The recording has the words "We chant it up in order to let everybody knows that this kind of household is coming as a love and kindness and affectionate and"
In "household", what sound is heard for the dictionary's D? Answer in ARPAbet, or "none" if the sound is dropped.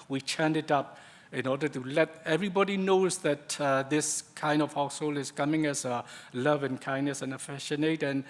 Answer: none